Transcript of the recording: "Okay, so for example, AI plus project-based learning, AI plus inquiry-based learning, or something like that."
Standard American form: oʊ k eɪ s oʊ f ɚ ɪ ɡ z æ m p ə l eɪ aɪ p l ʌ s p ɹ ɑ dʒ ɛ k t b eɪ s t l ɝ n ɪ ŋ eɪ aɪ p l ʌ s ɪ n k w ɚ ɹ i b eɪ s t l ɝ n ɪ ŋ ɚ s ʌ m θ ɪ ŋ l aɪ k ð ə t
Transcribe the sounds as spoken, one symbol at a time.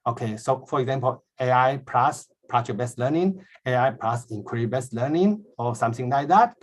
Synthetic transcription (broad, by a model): oʊ k eɪ s oʊ f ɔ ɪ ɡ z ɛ m p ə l eɪ aɪ p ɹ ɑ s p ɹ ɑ tʃ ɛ b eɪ s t l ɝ n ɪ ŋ eɪ aɪ p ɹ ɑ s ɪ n k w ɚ ɹ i b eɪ s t l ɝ n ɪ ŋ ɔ s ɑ m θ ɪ ŋ l aɪ k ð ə t